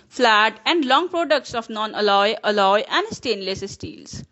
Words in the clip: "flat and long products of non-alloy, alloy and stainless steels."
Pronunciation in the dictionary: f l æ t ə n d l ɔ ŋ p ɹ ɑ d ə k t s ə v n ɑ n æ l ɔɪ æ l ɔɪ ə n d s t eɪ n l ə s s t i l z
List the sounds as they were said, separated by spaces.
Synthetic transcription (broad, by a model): f l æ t ə n d l ɔ ŋ p ɹ ɑ d ə k t s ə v n ɑ n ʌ l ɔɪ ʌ l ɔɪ ə n d s t eɪ n l ə s s t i l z